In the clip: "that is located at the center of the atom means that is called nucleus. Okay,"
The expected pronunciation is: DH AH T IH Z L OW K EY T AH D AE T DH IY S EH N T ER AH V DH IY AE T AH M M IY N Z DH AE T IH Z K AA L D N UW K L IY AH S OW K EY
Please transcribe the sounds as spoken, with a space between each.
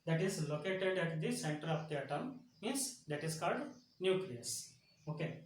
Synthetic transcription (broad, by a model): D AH T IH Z L OW K EY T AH D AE T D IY S EH N T ER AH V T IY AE T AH M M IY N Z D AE T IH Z K AA L D N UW K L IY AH S OW K EY